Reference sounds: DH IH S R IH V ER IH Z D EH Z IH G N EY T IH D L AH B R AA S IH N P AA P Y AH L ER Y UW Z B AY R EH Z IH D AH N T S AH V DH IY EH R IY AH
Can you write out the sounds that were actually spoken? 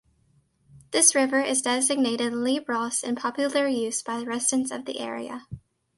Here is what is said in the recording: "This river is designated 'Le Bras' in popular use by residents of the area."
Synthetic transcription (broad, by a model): DH IH S R IH V ER IH Z D EH Z IH G N EY T IH D L AH B R AA S IH N P AA P Y L ER Y UW Z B AY R EH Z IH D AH N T S AH V DH IY EH R IY AH